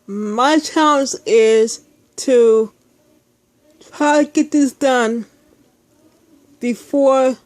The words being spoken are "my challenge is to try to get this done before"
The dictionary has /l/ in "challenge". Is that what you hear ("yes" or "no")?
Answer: no